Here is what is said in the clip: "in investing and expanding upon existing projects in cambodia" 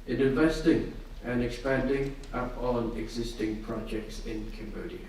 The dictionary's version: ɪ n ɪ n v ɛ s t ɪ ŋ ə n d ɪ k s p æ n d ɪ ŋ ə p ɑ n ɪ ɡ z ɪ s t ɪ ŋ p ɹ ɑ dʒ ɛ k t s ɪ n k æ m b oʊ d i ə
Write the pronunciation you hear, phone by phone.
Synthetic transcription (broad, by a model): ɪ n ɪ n v ɛ s t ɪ ŋ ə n ɪ k s p æ n d ɪ ŋ ə p ɑ n ɪ ɡ z ɪ s t ɪ ŋ p ɹ ɑ dʒ ɛ k t s ɪ n k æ m b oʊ d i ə